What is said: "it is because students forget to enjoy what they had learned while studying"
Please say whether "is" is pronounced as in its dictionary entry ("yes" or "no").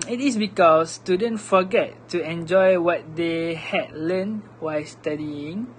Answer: no